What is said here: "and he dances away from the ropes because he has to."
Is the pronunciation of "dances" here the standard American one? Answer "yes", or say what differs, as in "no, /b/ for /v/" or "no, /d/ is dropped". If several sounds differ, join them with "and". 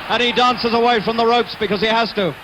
yes